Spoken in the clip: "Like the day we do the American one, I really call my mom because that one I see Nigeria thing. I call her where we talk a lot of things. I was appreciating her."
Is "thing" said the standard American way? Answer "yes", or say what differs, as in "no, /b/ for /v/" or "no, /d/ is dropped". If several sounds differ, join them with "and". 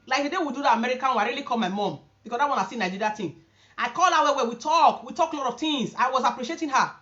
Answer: no, /t/ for /θ/